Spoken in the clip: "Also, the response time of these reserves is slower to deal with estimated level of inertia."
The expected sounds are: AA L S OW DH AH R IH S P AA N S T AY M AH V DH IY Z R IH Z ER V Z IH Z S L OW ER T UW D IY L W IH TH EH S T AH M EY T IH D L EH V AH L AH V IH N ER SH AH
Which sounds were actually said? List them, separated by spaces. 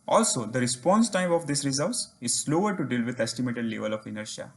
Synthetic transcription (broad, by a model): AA L S OW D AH R IH S P AA N S T AY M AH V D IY S R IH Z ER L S IH Z S L OW ER T UW D IY L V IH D EH S T AH M EY T IH D L EH V AH L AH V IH N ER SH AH